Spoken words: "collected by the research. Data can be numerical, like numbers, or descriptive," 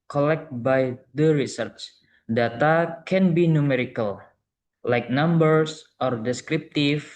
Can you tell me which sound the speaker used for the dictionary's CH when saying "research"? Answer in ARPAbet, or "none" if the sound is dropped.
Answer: CH